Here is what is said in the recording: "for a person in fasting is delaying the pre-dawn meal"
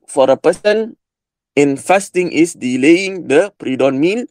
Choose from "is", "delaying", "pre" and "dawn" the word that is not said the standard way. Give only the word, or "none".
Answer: is